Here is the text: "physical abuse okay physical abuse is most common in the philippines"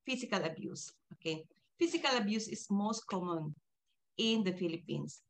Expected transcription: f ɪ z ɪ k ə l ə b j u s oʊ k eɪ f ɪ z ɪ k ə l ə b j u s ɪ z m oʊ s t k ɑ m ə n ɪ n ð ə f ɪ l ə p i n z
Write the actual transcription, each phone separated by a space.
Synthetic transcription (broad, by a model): f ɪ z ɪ k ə l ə b j u s oʊ k eɪ f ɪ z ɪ k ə l ə b j u s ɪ s m oʊ s t k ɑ m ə n ɪ n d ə f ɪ l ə p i n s